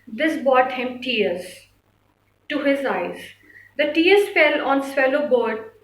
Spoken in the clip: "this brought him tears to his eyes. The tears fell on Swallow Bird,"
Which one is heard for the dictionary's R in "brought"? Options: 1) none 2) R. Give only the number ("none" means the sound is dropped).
1